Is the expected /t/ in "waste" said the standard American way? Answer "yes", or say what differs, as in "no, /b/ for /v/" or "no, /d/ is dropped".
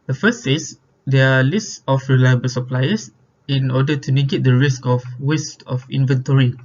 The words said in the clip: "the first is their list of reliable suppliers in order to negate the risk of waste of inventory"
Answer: yes